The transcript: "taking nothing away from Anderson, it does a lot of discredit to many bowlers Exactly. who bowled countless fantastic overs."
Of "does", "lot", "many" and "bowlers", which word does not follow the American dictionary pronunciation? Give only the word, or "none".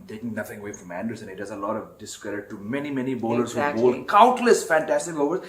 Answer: bowlers